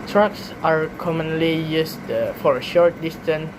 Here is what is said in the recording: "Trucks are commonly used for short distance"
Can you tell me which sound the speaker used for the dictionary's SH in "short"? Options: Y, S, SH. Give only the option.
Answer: SH